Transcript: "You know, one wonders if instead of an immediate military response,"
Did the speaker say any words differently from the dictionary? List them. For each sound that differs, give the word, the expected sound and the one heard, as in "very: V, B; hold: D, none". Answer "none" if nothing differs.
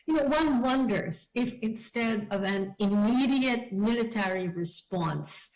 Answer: none